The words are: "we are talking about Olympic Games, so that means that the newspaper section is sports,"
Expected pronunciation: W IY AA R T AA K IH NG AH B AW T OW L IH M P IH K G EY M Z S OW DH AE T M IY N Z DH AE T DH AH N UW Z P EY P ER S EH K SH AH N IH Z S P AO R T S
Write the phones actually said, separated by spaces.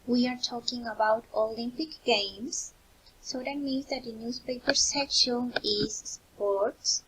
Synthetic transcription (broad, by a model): W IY AA R T AA K IH NG AH B AW T OW L IH M P IH K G EY M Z S OW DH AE T M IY N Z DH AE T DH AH N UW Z P EY P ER S EH K SH AH N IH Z S P AO R T S